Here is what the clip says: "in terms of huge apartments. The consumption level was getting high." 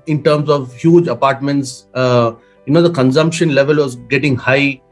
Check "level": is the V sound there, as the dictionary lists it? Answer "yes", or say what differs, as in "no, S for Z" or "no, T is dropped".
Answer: yes